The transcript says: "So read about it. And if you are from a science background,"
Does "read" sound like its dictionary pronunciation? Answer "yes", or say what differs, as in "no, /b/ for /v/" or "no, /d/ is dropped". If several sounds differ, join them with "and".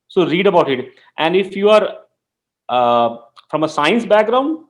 yes